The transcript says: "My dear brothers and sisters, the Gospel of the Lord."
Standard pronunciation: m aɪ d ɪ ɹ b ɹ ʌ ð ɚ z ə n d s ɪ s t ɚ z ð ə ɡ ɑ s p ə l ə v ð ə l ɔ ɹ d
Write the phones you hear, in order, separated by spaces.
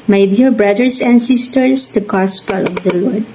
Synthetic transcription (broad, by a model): m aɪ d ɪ ɹ b ɹ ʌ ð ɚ s ə n d s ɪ s t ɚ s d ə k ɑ s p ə l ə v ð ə l ɔ ɹ d